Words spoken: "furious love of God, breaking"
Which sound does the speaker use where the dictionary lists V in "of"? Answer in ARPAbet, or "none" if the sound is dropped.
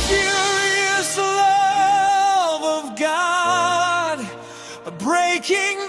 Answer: V